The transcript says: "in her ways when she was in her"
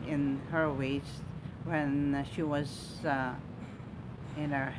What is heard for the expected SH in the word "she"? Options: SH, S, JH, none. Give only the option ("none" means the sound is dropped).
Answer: SH